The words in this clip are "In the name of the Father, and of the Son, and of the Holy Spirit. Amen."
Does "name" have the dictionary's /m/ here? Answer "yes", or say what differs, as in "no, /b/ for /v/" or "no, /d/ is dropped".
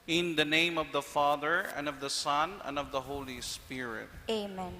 yes